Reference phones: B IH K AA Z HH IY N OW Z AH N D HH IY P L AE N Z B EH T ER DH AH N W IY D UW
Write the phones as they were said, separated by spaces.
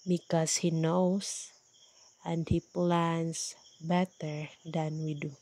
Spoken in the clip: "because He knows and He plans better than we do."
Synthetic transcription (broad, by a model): B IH K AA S HH IY N OW S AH N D HH IY P L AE N S B EH T ER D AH N W IY D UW